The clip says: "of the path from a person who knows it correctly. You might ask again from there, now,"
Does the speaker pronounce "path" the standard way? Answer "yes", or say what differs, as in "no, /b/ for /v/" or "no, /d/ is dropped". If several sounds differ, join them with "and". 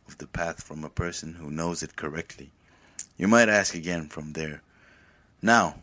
yes